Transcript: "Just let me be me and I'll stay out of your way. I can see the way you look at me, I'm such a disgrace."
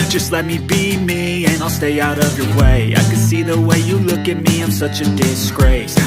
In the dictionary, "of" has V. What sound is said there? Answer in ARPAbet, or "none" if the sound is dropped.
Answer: V